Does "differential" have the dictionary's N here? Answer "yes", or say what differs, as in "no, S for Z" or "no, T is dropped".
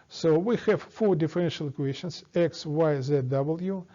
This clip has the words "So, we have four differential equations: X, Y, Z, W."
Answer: yes